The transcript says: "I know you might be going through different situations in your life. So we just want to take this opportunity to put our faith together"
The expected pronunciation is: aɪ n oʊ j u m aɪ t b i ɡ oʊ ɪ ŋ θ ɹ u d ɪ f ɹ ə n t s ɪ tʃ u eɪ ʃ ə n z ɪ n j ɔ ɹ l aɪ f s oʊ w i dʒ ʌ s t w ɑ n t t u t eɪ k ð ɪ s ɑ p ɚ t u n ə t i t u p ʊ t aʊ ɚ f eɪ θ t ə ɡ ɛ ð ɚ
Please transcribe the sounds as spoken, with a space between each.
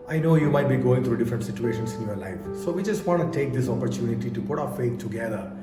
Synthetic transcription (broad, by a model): aɪ n oʊ j u m aɪ t b i ɡ oʊ ɪ ŋ t ɹ u d ɪ f ɹ ə n t s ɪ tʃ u eɪ ʃ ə n s ɪ n j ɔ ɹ l aɪ f s oʊ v i dʒ ʌ s t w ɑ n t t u t eɪ k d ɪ s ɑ p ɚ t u n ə t i t u p ʊ t aʊ ɚ f eɪ t t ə ɡ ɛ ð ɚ